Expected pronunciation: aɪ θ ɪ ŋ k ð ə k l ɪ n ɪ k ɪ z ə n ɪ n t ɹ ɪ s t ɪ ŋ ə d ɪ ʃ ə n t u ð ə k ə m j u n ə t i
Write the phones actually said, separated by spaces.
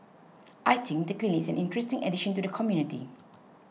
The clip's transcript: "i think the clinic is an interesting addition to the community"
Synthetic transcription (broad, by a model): aɪ t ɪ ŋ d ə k l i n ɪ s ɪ n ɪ n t ɹ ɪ s t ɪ ŋ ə d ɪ ʃ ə n t u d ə k ə m j u n ə t i